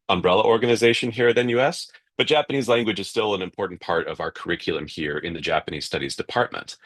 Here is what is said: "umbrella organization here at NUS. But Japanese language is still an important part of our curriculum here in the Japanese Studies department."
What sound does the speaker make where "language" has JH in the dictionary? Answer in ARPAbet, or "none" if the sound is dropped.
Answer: JH